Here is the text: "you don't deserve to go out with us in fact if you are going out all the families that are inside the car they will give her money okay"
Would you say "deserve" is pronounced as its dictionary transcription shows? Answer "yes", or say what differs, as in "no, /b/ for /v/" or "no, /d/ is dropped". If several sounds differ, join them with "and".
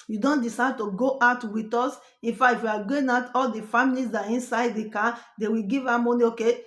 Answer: no, /s/ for /z/